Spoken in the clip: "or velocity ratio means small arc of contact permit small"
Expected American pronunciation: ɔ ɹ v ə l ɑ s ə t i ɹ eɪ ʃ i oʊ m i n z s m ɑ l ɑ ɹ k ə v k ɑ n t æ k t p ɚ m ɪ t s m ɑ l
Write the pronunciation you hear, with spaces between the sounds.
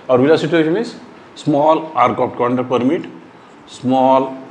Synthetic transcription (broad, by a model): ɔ ɹ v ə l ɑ s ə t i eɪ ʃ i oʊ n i z s m ɑ l ɑ ɹ k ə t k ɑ n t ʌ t p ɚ m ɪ t s m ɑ l